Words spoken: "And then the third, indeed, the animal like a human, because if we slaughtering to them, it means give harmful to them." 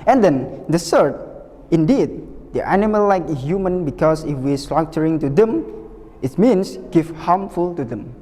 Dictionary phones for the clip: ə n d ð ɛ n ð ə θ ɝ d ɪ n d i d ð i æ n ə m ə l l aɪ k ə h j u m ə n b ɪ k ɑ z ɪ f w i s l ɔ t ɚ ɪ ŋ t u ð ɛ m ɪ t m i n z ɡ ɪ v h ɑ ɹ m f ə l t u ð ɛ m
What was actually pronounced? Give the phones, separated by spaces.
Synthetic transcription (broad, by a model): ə n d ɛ n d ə s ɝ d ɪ n d i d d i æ n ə m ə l l aɪ k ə h j u m ə n b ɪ k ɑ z ɪ f w i s l ɔ t ɚ ɪ ŋ t u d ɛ m ɪ t m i n s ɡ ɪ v h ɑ m f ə l t u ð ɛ m